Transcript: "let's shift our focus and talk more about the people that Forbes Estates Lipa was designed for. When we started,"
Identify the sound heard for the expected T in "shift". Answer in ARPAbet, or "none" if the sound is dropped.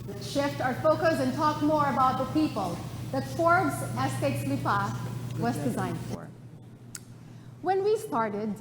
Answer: T